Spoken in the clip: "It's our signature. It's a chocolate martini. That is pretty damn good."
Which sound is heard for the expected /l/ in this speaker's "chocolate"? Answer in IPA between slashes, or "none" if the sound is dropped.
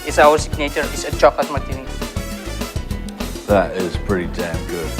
none